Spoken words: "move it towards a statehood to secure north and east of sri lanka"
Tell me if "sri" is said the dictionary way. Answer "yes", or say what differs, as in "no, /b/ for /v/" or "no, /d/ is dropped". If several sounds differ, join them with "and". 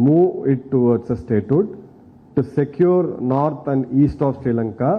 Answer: yes